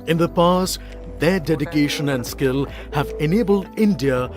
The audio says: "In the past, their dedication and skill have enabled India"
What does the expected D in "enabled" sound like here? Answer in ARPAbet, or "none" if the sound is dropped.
D